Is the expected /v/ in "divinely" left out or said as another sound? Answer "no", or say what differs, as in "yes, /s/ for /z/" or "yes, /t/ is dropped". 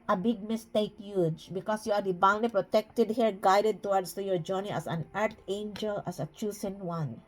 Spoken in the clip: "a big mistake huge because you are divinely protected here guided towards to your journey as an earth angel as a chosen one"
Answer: yes, /b/ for /v/